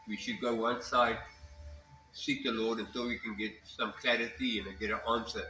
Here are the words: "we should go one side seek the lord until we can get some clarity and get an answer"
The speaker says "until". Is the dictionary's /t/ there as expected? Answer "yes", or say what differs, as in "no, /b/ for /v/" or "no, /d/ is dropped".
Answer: no, /s/ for /t/